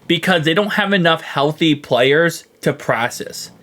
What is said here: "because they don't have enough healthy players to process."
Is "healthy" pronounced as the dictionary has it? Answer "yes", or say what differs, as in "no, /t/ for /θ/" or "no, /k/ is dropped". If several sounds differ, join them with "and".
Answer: yes